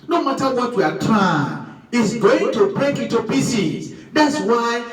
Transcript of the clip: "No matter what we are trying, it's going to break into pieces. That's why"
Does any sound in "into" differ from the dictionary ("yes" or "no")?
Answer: yes